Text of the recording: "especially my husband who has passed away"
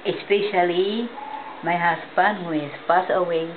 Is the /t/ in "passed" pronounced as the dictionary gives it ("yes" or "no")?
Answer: no